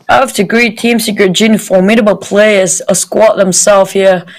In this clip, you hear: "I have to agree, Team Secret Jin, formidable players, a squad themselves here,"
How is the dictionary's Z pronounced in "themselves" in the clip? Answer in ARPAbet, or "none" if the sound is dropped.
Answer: none